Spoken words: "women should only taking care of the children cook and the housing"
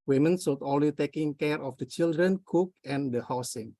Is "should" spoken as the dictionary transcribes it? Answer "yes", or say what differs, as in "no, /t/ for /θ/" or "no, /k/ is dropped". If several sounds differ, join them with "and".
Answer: no, /s/ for /ʃ/